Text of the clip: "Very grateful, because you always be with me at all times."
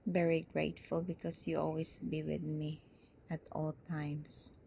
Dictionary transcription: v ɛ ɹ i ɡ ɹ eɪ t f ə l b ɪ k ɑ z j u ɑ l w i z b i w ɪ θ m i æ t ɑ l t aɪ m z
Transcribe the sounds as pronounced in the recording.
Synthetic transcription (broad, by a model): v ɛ ɹ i ɡ ɹ eɪ t f ə l b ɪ k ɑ s j u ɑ l w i s b i w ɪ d m i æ t ɑ l t aɪ m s